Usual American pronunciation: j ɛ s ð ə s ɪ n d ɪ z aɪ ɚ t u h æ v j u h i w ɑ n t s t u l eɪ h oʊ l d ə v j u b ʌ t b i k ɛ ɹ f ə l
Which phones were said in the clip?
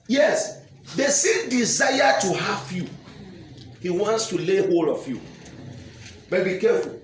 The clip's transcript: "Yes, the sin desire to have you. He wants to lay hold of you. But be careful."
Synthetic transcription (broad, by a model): j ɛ s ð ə s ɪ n d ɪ z aɪ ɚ t u h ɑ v j u h i w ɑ n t s t u l eɪ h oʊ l ə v j u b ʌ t b i k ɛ f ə l